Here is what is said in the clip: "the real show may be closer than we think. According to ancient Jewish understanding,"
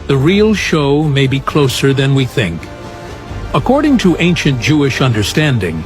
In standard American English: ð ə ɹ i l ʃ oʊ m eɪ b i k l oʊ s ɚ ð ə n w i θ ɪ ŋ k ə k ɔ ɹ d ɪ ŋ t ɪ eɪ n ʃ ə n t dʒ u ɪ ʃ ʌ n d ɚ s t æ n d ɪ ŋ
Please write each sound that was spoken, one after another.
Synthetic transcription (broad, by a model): ð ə ɹ i l ʃ oʊ m eɪ b i k l oʊ s ɚ ð ə n w i θ ɪ ŋ k ə k ɔ ɹ d ɪ ŋ t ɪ eɪ n ʃ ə n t dʒ u ɪ ʃ ʌ n d ɚ s t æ n d ɪ ŋ